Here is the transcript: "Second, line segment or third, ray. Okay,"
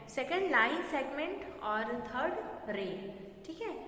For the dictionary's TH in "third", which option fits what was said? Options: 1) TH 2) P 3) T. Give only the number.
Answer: 3